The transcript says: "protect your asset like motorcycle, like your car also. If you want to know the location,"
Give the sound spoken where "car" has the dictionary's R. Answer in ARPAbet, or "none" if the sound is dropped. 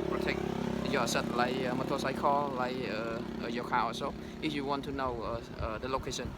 W